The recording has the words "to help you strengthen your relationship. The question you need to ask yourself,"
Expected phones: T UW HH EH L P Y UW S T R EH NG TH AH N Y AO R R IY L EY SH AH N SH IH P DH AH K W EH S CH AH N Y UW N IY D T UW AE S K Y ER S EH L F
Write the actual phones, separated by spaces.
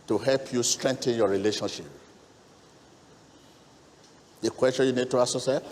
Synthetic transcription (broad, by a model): T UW HH EH L P Y UW S T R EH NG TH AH N Y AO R R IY L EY SH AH N SH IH P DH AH K W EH S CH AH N Y UW N IY D T UW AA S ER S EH